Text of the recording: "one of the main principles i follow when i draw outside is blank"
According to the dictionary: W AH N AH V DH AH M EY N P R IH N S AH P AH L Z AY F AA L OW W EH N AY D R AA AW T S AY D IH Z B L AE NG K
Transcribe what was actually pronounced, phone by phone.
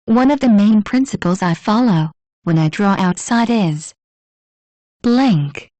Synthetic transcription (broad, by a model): W AH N AH V DH AH M EY N P R IH N S AH P AH L Z AY F AA L OW W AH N AY D R AA AW T S AY D IH Z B L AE NG K